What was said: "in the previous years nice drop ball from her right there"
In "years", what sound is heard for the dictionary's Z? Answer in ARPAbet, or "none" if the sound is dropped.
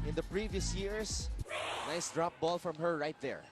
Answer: S